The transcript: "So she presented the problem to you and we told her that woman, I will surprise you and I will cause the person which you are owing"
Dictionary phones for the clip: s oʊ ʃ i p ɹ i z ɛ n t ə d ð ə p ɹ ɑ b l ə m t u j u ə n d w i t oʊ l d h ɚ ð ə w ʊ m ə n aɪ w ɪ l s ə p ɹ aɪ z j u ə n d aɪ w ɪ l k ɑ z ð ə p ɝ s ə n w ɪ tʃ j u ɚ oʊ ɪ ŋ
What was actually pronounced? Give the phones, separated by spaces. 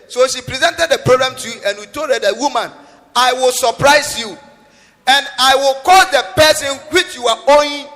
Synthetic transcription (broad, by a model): s oʊ ʃ i p ɹ i z ɛ n t ə d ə p ɹ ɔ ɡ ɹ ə m t u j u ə n w i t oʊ d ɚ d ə w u m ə n aɪ w ɪ l s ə p ɹ aɪ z j u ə n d aɪ w ɪ l k ɑ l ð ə p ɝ s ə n w ɪ tʃ j u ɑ oʊ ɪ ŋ